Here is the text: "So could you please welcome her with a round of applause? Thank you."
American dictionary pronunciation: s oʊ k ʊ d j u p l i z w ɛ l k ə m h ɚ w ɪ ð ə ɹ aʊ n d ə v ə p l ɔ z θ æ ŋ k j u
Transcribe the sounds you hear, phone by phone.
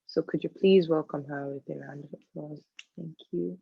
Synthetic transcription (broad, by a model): s oʊ k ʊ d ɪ p l i z w ɛ l k ə m h ɚ w ɪ ð ə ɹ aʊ n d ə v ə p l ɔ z θ æ ŋ k j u